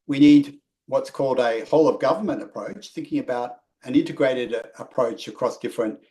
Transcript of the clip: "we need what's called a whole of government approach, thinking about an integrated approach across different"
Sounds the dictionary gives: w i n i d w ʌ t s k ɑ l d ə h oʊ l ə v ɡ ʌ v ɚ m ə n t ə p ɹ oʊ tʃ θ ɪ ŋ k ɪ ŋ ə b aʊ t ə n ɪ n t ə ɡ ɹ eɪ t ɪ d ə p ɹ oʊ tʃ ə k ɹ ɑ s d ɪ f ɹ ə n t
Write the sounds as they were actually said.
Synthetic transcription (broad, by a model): w i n i d w ʌ t s k ɑ l d ə h oʊ l ə v ɡ ʌ v ɚ m ə n t ə p ɹ oʊ tʃ θ ɪ ŋ k ɪ ŋ ə b aʊ t ə n ɪ n t ə ɡ ɹ eɪ t ɪ d ə p ɹ oʊ tʃ ə k ɹ ɑ s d ɪ f ɹ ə n t